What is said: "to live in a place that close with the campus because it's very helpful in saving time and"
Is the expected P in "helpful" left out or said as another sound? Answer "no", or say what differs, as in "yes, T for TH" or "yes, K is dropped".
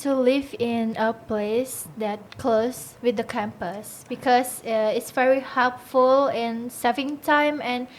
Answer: no